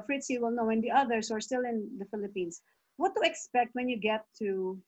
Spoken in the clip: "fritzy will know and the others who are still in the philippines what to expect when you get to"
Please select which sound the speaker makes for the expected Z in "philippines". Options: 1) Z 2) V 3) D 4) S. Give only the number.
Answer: 4